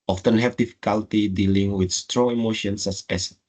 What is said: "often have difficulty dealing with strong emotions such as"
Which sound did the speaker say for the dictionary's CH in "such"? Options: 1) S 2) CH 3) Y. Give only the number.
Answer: 1